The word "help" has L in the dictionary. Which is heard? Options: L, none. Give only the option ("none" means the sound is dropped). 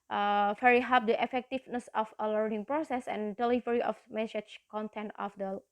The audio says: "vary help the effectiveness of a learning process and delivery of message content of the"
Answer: none